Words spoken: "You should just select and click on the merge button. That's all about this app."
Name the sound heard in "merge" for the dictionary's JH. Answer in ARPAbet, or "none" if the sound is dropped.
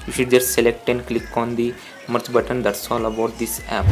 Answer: CH